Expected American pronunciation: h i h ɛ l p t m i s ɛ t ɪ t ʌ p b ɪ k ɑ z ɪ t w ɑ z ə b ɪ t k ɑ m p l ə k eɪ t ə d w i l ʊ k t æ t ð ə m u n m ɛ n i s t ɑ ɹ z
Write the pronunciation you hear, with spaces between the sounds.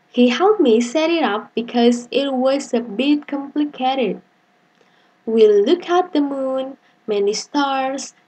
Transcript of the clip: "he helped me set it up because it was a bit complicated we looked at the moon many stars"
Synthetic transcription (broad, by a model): h i h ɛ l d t m i s ɛ t ɪ t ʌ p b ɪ k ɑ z ɪ t w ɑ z ə b ɪ t k ɑ m p l ə k eɪ t ə d w i l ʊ k æ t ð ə m u n m ɛ n i s t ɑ ɹ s